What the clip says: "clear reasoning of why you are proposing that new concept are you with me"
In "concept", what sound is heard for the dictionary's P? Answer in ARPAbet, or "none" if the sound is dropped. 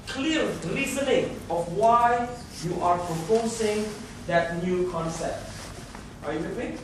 P